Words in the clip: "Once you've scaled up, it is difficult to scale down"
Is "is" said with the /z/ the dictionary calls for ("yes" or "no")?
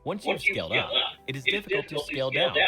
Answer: yes